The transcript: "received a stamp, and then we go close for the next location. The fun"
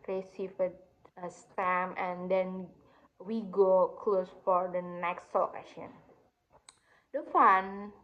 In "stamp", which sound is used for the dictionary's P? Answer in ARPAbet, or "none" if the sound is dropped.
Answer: none